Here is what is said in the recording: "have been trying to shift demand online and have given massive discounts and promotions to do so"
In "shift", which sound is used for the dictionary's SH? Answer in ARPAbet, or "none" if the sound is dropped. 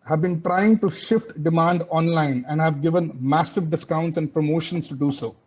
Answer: SH